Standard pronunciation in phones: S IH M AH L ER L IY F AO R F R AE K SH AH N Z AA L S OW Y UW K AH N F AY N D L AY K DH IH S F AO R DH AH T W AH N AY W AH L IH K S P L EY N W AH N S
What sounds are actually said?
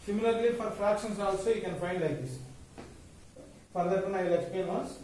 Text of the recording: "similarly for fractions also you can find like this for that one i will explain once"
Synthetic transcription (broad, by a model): S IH M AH L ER L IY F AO R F R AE K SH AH N S AA L S OW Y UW K AH N F AY N D L AY K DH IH S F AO R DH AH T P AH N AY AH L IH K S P EY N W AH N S